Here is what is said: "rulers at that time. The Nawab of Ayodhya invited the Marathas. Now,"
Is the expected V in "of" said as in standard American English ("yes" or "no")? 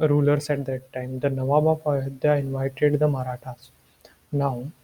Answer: no